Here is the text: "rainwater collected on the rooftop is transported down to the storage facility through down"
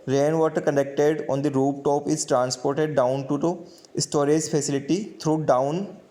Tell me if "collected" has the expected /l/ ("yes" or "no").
no